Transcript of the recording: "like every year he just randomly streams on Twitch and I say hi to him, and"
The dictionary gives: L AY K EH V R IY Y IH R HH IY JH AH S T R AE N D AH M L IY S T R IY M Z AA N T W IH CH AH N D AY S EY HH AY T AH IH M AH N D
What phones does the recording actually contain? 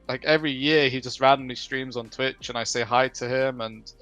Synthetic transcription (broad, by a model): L AY K EH V R IY Y IH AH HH IY JH AH S T R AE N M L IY S T R IY M Z N T W IH CH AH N AY S EY HH AY T AH IH M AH N